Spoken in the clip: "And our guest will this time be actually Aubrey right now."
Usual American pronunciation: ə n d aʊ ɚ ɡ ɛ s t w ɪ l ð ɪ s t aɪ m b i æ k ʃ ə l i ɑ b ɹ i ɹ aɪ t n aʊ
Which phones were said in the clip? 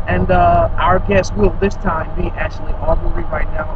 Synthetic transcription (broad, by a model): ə n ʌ aʊ ɚ ɡ ɛ s t w ɪ l ð ɪ s t aɪ m b i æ k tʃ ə l i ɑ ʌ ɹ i ɹ aɪ t n aʊ